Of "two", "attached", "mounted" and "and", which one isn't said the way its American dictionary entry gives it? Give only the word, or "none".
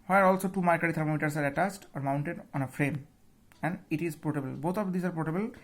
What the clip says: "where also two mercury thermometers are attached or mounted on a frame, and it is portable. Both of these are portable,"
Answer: attached